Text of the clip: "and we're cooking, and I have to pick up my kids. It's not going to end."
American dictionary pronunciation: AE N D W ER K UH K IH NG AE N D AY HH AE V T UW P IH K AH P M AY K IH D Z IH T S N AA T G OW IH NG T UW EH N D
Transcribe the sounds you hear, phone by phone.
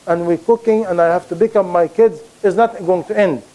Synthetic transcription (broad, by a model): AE N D W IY K UH K IH NG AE N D AY HH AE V T UW B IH K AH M AY K IH D Z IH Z N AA T G OW IH NG T UW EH N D